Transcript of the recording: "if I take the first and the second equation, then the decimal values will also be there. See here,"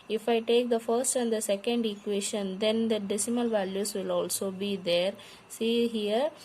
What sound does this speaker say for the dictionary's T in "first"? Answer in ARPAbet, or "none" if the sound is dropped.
T